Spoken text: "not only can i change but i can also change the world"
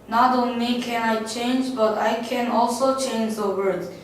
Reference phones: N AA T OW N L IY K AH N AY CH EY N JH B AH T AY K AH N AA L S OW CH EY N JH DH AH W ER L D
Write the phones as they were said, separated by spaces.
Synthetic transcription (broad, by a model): N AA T OW N L IY K AH N AY CH EY N JH B AH T AY K AH N AA L S OW CH EY N JH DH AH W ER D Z